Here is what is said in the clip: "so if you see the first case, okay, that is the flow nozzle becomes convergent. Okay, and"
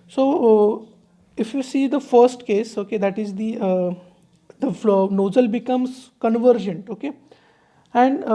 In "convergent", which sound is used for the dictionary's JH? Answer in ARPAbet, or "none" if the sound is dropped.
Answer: JH